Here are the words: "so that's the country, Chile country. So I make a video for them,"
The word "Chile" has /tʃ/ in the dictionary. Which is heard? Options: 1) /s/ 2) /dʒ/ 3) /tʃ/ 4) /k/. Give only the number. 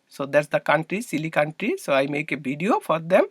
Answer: 1